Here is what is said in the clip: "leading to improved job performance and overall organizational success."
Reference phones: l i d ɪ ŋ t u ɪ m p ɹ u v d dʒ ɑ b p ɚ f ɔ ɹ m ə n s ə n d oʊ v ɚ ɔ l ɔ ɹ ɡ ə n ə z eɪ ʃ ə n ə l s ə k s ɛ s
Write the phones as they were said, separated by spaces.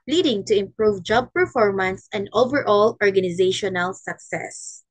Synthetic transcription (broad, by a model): l i d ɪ ŋ t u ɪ m p ɹ u v dʒ ɑ b p ɚ f ɔ ɹ m ə n s ə n d oʊ v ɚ ɔ l ɔ ɹ ɡ ə n ə z eɪ ʃ ə n ə l s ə k s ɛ s